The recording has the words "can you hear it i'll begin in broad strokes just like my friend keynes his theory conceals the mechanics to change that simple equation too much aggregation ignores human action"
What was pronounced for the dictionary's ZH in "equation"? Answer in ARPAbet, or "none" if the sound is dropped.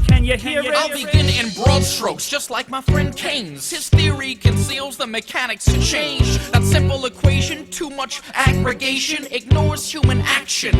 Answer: ZH